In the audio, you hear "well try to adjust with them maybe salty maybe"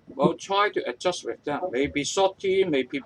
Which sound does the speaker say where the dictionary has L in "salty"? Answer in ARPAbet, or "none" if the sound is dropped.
none